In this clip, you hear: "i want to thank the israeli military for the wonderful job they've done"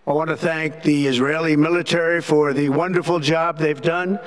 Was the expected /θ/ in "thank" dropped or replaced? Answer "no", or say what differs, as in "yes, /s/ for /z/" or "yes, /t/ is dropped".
no